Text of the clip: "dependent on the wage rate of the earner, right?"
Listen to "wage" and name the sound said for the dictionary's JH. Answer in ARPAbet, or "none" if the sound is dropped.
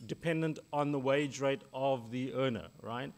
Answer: JH